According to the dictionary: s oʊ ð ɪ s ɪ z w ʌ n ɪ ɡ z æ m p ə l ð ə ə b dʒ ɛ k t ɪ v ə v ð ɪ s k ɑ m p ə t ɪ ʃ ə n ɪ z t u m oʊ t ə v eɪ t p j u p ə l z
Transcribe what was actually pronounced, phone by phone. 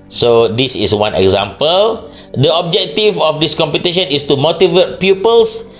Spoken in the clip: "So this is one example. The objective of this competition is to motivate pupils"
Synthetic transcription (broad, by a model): s oʊ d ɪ s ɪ s w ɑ n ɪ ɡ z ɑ m p ə l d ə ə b dʒ ɛ k t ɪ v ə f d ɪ s k ɑ m p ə t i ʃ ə n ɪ s t u m oʊ t ə v eɪ t p j u p ə l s